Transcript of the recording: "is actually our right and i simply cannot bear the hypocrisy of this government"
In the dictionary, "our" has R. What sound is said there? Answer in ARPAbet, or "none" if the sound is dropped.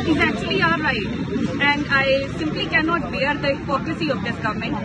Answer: L